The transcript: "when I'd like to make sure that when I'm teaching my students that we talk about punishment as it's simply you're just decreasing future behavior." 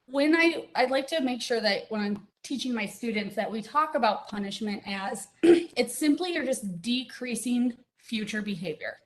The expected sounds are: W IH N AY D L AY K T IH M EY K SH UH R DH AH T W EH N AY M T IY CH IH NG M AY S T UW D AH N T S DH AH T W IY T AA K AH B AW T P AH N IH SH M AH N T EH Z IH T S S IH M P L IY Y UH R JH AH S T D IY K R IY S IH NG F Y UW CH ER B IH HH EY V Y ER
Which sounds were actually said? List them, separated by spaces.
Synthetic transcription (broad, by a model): W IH N AY D L AY K T IH M EY K SH UH R DH AH T W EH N AY M T IY CH IH NG M AY S T UW D N T S DH AH T W IY T AA K AH B AW T P AH N IH SH M AH N T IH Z IH T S S IH M P L IY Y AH R JH AH S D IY K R IY S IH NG F Y UW CH ER B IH HH EY V Y ER